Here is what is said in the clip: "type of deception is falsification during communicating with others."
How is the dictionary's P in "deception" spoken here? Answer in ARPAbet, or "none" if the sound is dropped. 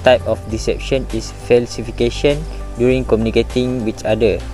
P